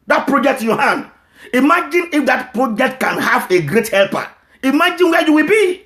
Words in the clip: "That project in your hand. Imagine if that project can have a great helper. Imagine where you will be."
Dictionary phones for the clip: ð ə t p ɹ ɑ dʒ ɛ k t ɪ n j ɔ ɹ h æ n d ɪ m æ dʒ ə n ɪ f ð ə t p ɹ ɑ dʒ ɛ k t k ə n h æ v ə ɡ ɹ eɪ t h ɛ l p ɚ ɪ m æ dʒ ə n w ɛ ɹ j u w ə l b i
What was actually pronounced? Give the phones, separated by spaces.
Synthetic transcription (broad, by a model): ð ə t p ɹ ɑ dʒ ɛ k t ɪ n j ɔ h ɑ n d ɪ m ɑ dʒ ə n ɪ f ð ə t p ɹ ɑ dʒ ɛ k t k ə n h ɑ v ə ɡ ɹ eɪ t h ɛ l p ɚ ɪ m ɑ dʒ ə n w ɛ j u w ə l b i